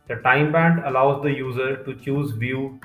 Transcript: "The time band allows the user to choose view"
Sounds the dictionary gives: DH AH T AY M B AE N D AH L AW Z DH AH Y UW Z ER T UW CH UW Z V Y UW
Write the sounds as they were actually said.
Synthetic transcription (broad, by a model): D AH T AY M B AE N D AH L AW Z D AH Y UW Z ER T UW CH UW Z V Y UW